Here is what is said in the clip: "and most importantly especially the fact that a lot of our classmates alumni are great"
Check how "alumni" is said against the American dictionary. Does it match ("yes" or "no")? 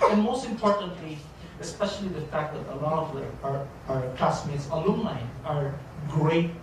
no